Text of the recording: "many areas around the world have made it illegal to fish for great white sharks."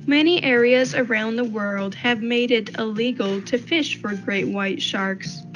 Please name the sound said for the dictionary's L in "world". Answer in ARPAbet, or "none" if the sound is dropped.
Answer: L